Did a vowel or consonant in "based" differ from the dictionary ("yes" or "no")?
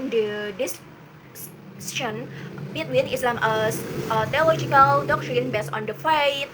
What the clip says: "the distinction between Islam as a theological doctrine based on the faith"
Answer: yes